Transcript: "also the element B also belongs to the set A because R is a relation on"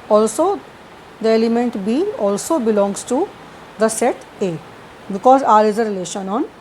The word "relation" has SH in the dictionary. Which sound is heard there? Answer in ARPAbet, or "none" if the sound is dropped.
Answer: SH